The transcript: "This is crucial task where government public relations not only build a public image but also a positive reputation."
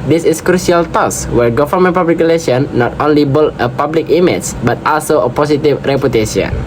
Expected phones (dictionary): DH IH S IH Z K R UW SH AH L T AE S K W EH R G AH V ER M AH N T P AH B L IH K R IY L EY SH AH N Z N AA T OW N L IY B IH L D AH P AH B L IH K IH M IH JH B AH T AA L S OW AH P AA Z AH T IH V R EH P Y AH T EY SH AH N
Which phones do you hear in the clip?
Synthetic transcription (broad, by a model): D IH S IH S K R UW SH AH L T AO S W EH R G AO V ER M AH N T P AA B L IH K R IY L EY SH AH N N AA T OW N L IY B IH L AH P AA B L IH K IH M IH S B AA T AA L S OW AH P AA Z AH T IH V R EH P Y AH T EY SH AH N